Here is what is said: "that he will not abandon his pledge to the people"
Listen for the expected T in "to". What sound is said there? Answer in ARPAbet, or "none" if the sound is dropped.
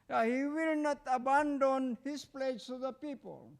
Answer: S